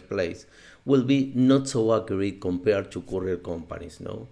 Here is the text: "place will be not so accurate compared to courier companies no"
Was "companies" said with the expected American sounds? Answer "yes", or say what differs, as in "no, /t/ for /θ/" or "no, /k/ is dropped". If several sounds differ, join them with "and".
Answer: no, /s/ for /z/